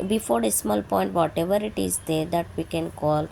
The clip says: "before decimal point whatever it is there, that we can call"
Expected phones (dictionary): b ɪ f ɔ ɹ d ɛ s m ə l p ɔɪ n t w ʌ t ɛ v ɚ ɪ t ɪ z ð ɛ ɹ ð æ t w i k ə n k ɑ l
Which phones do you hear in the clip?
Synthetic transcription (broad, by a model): b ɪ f ɔ ɹ d ɛ s m ə l p ɔɪ n t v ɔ t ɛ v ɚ ɪ t ɪ z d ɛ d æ t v i k ə n k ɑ l